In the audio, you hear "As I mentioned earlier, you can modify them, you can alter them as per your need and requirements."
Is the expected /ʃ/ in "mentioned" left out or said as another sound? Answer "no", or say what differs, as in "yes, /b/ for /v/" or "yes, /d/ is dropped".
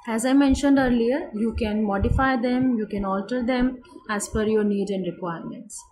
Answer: no